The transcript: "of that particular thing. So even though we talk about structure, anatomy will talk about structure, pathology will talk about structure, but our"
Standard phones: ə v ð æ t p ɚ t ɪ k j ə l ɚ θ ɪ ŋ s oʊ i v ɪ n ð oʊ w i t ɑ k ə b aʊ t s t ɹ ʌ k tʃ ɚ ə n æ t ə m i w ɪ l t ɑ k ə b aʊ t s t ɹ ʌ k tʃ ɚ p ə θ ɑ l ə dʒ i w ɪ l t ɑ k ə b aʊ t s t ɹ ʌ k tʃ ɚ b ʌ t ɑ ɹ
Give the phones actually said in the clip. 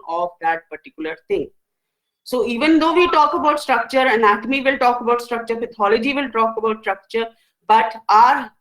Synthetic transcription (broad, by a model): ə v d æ t p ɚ t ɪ k j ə l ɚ t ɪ ŋ s oʊ i v ɪ n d oʊ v i t ɑ k ə b aʊ t s t ɹ ʌ k tʃ ɚ ə n æ t ə m i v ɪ l t ɑ k ə b aʊ t s t ɹ ʌ k tʃ ɚ f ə t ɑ l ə dʒ i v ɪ l t ɑ k ə b aʊ t s t ɹ ʌ k tʃ ɚ b ʌ t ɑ ɹ